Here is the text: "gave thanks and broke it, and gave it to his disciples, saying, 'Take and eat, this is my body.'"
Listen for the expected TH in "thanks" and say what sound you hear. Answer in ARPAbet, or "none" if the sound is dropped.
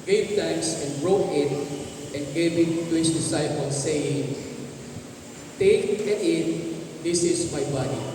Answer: T